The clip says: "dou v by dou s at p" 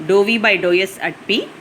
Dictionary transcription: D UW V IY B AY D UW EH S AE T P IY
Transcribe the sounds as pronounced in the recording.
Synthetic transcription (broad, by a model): D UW V IY B AY D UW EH S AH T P IY